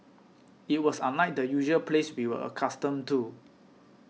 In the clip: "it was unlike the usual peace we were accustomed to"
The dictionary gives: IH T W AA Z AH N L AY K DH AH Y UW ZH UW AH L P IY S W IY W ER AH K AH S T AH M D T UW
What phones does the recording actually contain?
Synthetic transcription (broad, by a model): IH T W AA S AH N AY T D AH Y UW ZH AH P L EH S W IY W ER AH K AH S T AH M T UW